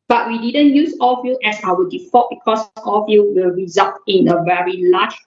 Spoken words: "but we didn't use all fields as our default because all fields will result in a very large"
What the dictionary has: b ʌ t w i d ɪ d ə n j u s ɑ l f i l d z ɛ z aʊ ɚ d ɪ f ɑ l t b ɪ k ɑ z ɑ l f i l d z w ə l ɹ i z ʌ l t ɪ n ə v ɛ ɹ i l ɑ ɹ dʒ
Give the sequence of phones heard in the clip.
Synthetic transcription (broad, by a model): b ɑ t w i d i d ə n j u s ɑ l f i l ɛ s aʊ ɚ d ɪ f ɑ t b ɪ k ɑ s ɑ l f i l w ə l ɹ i z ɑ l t ɪ n ə v ɛ ɹ i l ɑ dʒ